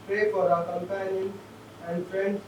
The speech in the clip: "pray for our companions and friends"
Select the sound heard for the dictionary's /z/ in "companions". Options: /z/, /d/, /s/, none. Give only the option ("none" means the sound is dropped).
none